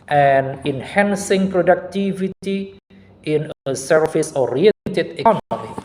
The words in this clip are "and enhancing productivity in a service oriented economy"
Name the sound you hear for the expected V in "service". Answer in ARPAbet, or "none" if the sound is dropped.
F